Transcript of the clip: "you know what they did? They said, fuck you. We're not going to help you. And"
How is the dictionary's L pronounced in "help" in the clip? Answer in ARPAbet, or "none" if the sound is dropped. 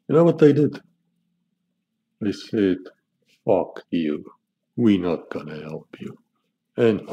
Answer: L